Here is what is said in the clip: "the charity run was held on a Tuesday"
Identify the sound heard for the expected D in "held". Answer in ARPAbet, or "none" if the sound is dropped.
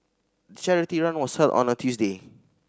none